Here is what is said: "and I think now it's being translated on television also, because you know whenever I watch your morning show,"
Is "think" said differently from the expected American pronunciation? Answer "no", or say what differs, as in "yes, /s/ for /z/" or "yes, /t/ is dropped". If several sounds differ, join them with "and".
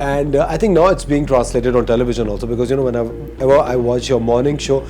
yes, /t/ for /θ/